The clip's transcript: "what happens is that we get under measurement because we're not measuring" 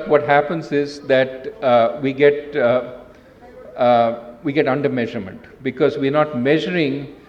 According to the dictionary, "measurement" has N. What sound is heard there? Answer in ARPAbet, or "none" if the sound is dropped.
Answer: N